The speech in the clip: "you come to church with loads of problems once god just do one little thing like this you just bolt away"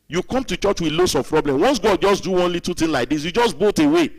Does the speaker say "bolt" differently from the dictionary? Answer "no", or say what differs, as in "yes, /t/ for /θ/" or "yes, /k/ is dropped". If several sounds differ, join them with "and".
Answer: yes, /l/ is dropped